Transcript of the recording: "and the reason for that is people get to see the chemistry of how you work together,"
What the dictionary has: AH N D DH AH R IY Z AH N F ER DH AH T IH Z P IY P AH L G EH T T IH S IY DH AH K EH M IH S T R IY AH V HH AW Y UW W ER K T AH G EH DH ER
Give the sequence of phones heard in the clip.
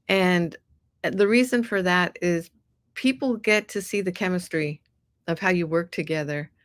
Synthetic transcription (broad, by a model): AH N DH AH R IY Z AH N F ER DH AH T IH Z P IY P L G EH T T IH S IY DH AH K EH M IH S T R IY AH V HH AW Y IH W ER K T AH G EH DH ER